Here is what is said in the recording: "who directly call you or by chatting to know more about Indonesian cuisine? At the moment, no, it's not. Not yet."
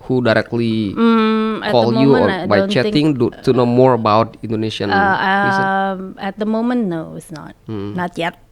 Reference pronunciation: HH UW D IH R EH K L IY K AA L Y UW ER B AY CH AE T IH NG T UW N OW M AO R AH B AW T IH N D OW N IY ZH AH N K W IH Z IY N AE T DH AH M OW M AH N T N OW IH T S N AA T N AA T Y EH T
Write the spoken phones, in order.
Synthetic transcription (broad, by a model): HH UW D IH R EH K L IY K AA L Y UW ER B AY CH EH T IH NG T UW N OW M AO R AH B AW T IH N D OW N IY S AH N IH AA AE T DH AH M OW M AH N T N OW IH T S N AA T N AA T Y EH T